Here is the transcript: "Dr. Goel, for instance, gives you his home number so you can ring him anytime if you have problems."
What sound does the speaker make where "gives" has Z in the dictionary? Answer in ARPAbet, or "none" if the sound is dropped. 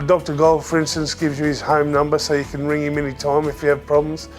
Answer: Z